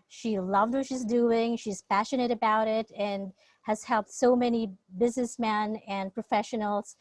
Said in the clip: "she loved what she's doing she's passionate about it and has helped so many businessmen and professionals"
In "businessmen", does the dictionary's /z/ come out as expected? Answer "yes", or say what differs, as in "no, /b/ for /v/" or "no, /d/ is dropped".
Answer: yes